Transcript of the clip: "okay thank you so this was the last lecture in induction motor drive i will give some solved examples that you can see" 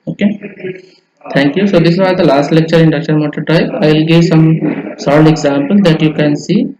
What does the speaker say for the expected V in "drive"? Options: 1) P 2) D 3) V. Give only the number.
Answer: 1